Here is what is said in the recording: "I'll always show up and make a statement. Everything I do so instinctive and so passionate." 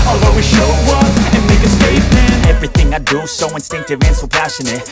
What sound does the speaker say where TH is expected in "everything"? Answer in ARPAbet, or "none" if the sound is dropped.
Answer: TH